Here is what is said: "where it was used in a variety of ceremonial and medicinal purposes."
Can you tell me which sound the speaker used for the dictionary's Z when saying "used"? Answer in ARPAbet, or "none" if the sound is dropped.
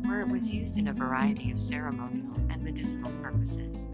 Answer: Z